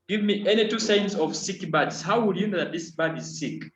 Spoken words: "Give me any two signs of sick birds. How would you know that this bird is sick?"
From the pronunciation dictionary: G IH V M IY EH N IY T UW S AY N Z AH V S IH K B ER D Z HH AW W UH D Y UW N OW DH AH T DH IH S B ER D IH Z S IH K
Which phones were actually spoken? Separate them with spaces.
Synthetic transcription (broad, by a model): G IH V M IY EH N IY T UW S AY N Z AH V S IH K B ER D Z HH AW W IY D Y UW N OW DH AH T DH IH S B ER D IH Z S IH K